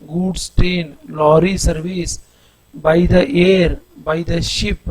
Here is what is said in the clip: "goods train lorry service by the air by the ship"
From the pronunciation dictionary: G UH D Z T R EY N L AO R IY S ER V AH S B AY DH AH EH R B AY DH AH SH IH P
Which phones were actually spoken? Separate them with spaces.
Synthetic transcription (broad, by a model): G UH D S T EY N L AO R IY S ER V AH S B AY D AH EH R B AY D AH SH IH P